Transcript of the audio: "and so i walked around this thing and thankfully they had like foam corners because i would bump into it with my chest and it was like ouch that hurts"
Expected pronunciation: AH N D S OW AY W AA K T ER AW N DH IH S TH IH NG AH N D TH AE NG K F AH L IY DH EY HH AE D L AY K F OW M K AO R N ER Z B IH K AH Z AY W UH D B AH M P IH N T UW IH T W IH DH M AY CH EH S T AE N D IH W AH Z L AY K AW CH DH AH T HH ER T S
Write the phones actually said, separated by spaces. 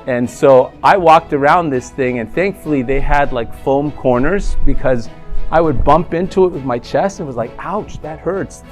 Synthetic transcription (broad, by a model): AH N S OW AY W AA K T ER AW N DH IH S TH IH NG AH N TH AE NG K F L IY DH EY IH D L AY K F OW M K AO R N ER Z B IH K AH Z AY W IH D B AH M P IH N T UW IH T W IH DH M AY CH EH S T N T W AH Z L AY K AW CH DH AH T HH ER T S